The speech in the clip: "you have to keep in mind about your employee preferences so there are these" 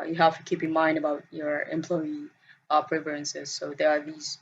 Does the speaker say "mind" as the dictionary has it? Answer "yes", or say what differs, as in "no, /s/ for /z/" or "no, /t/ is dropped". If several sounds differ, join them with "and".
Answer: yes